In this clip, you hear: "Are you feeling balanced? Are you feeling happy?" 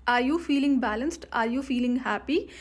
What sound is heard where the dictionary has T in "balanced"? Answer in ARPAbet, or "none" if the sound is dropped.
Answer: T